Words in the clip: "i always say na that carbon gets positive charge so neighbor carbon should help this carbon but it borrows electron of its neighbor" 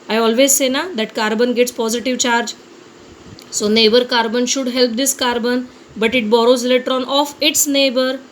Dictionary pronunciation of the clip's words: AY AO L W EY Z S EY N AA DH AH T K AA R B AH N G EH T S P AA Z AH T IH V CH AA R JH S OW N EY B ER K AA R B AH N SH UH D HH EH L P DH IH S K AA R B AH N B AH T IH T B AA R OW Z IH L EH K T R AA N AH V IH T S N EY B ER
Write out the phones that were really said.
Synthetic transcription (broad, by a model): AY AO L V EY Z S EY N AA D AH T K AA R B AH N G EH T S P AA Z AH T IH V CH AA R JH S OW N EY B ER K AA R B AH N SH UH D HH EH L P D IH S K AA R B AH N B AH T IH T B AA R OW Z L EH T R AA N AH F IH T S N EY B ER